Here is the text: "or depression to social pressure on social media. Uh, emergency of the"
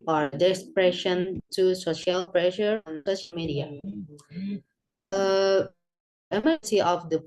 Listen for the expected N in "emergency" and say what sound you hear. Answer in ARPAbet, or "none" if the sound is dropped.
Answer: none